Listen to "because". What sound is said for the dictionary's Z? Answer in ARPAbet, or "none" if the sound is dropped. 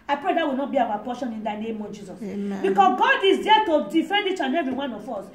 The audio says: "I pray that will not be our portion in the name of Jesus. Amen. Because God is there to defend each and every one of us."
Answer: S